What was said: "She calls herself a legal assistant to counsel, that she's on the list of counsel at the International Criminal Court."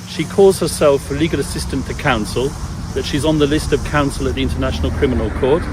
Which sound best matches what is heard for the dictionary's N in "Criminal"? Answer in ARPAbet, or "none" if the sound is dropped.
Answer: N